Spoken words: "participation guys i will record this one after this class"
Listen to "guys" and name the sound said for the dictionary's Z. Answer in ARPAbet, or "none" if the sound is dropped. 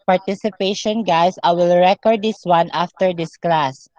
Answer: S